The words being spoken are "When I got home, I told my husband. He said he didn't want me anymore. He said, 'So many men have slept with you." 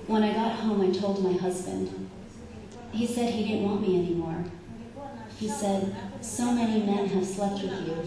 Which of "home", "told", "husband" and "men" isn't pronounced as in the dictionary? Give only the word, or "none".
none